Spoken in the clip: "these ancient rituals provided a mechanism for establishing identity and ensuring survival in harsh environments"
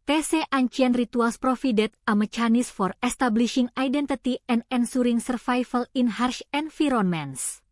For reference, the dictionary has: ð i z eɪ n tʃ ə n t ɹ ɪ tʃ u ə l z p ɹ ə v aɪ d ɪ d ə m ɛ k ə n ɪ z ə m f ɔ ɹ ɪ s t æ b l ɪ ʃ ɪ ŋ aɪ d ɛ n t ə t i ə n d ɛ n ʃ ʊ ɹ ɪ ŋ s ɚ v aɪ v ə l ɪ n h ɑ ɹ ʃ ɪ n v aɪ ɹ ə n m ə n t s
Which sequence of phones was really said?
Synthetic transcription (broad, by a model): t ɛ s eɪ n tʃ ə n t ɹ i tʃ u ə l s p ɹ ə f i d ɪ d ə m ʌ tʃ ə n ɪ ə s f ɔ ɹ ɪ s t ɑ b l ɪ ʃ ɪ ŋ aɪ d ɛ n t ə t i ə n d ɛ n s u ɹ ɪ ŋ s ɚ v aɪ f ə l ɪ n h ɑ ɹ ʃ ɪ n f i ɹ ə n m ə n s